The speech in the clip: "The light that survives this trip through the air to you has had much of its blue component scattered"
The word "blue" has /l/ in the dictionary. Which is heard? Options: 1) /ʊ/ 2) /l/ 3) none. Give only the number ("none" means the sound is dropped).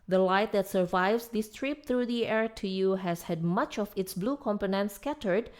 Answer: 2